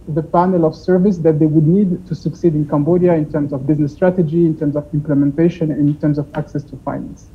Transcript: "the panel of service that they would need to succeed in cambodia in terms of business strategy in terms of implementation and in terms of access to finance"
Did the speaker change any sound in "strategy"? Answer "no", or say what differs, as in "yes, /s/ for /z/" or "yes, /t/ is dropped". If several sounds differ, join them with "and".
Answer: no